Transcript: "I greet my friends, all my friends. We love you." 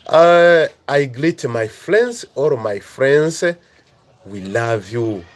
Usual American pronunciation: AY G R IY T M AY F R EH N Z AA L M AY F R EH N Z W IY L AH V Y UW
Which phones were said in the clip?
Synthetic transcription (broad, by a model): AY G L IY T M AY F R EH N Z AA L M AY F R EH N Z W IY L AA V Y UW